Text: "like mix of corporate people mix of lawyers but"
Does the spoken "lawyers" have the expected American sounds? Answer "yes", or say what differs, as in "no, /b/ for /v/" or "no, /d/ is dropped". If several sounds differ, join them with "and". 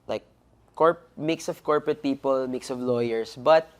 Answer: no, /s/ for /z/